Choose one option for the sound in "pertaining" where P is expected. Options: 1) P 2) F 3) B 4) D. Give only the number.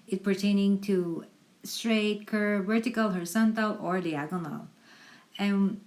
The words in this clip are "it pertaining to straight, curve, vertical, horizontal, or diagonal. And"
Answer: 1